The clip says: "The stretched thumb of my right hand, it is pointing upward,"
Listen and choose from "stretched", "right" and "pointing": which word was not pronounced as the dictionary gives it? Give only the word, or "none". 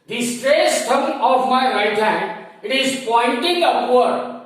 stretched